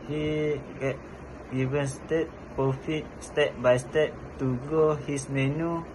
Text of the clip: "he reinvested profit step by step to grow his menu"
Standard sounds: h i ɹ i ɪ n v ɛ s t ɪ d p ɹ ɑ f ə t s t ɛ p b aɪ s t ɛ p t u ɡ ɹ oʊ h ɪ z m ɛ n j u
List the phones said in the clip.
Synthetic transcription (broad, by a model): h i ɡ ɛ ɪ v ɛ s t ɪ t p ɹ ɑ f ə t s t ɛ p b aɪ s t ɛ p t u ɡ oʊ h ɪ s m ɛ n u